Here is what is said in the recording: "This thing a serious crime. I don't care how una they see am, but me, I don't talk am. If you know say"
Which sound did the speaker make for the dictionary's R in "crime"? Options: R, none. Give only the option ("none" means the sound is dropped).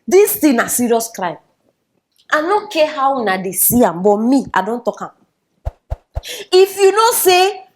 R